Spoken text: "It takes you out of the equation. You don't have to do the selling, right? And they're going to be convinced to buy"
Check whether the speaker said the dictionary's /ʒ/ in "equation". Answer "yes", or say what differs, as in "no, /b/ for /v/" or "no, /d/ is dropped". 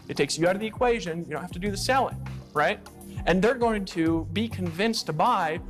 yes